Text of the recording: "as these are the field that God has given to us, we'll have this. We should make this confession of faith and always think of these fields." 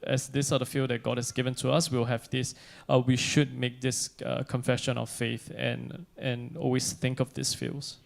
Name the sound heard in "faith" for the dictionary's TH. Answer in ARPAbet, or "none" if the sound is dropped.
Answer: TH